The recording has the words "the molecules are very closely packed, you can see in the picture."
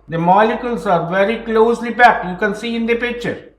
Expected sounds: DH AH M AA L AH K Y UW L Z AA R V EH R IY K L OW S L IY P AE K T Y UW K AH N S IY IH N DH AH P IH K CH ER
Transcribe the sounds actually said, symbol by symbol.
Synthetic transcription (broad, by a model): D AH M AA L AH K Y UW L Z AA R V EH R IY K L OW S L IY B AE K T Y UW K AH N S IY IH N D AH P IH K CH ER